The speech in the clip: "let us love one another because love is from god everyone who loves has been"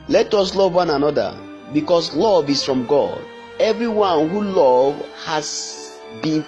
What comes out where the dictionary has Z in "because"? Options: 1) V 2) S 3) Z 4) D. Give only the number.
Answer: 2